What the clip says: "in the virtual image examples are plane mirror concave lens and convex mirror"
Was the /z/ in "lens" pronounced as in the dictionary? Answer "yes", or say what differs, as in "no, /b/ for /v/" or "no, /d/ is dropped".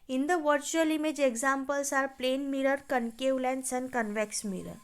no, /s/ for /z/